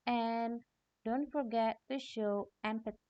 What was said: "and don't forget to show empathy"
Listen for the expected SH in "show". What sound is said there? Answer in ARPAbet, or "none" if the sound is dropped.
SH